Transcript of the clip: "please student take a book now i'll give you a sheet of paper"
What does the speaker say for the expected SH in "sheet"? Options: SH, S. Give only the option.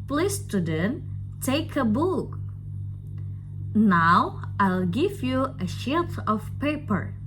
SH